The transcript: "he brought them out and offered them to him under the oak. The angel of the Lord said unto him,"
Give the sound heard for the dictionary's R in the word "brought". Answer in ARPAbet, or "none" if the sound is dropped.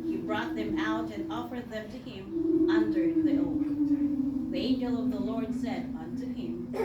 R